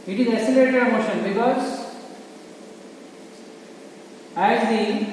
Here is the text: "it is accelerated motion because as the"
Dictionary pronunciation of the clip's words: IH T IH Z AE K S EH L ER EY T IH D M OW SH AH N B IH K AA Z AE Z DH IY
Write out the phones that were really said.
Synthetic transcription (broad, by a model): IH T IH Z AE S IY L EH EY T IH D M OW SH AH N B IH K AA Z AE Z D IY